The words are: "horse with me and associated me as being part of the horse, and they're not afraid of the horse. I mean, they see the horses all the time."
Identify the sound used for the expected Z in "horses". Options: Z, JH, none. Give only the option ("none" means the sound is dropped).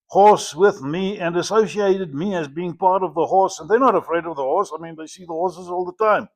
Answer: Z